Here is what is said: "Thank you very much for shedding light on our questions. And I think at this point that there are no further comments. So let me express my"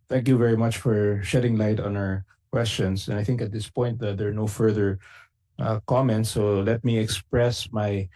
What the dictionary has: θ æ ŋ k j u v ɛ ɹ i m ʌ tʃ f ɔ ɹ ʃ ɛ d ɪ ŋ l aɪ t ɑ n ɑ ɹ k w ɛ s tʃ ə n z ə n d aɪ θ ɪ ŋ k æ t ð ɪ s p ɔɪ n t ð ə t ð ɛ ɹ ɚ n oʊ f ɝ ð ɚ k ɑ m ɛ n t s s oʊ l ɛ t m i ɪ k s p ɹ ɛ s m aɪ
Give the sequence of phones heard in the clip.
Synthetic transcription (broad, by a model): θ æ ŋ k j u v ɛ ɹ i m ʌ tʃ f ɔ ɹ ʃ ɛ d ɪ ŋ l aɪ t ɑ n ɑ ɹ k w ɛ s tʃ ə n s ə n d aɪ θ ɪ ŋ k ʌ t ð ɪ s p ɔɪ n t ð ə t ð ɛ ɹ n oʊ f ɝ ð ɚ k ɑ m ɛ n t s s oʊ l ɛ t m i ɪ k s p ɹ ɛ s m aɪ